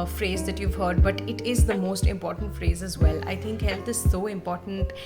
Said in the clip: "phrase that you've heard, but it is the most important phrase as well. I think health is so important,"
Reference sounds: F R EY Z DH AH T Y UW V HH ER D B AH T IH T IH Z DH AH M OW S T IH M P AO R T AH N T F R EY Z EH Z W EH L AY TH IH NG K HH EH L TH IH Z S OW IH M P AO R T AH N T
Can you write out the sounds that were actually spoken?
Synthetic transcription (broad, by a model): F R EY Z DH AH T Y UW V HH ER D B AH T IH T IH Z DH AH M OW S T IH M P AO R T AH N T F R EY Z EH Z W EH L AY T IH NG K HH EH L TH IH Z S OW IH M P AO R T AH N T